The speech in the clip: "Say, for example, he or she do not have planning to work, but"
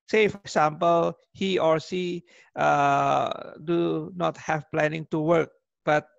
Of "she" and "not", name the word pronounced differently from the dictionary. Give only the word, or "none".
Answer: she